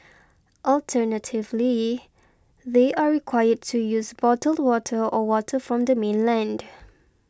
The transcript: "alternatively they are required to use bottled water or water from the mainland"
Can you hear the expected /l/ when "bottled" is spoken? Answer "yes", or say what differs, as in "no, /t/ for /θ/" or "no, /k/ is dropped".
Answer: yes